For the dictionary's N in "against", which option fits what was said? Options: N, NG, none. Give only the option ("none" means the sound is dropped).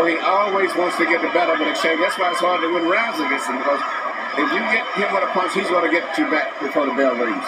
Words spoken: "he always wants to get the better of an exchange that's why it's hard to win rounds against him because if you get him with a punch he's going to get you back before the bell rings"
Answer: none